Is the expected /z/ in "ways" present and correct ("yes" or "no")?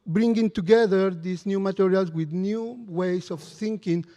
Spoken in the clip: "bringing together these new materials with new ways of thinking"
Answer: no